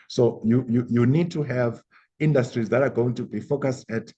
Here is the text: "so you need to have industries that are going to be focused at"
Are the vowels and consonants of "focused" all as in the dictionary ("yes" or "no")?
yes